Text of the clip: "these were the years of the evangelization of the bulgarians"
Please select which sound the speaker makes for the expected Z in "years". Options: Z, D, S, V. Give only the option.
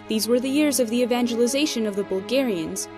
Z